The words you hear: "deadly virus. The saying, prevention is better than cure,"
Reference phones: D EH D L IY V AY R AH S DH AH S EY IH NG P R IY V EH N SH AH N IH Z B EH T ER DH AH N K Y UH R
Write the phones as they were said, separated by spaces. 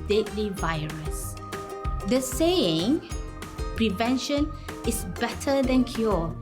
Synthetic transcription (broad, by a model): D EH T L IY V AY R AH S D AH S EY IH NG P R IY V EH N SH AH N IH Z B EH T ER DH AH N K Y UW